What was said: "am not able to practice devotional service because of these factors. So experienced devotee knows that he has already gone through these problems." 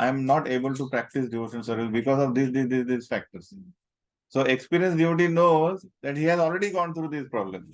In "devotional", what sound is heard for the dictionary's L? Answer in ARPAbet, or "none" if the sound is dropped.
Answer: N